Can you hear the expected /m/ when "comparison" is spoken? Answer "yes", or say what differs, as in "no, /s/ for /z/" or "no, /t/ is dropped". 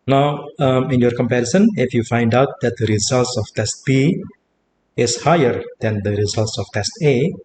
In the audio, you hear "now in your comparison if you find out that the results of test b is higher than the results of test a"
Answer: yes